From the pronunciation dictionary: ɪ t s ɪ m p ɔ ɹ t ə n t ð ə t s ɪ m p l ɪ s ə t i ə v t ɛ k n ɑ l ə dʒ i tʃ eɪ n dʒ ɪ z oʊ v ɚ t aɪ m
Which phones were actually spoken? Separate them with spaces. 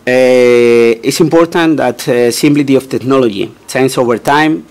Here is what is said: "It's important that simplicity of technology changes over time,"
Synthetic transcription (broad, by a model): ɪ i s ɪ m p ɔ ɹ t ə n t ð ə t s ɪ m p l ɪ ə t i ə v t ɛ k n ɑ l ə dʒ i s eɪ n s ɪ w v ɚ t aɪ m